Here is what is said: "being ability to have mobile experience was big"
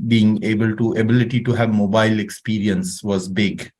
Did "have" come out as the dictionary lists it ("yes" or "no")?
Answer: yes